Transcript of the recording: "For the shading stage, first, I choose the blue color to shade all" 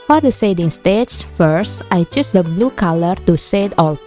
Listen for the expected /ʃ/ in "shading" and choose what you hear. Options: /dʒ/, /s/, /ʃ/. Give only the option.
/s/